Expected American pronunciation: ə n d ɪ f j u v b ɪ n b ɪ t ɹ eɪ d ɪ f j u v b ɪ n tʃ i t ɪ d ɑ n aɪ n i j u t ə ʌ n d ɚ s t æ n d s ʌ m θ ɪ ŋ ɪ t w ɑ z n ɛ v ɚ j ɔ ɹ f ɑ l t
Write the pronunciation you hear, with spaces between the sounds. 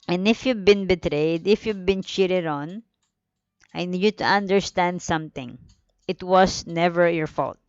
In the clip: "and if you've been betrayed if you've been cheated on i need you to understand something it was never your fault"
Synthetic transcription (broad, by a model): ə n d ɪ f j u v b ɪ n b ɪ t ɹ eɪ d ɪ f j u v b ɪ n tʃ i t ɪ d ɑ n aɪ n i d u t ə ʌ n d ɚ s t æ n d s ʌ m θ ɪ ŋ ɪ t w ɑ s n ɛ v ɚ j ɔ ɹ f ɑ l t